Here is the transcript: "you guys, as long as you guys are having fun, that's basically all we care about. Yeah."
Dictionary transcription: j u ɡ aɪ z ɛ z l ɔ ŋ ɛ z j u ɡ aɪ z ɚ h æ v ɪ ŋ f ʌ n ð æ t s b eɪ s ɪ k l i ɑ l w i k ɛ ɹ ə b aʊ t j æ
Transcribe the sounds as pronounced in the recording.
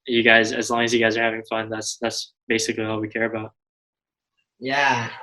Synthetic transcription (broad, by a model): j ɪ ɡ aɪ z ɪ z l ɔ ŋ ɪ z j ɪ ɡ aɪ z ɚ h æ v ɪ ŋ f ʌ n ð æ t s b eɪ s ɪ k l i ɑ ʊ w i k ɛ ɹ ə b aʊ t j æ